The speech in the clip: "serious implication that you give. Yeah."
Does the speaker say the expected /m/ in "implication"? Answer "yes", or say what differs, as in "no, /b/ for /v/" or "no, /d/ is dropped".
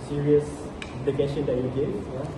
no, /m/ is dropped